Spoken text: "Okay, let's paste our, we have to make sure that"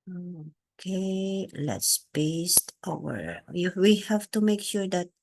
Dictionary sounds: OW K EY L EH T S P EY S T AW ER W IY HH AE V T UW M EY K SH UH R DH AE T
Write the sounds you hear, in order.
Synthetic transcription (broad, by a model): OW K EY L EH T S B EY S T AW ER W IY HH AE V T UW M EY K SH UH R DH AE T